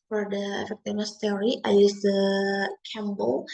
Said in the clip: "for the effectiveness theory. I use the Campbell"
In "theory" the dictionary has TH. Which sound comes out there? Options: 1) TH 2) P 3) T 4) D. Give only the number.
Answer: 3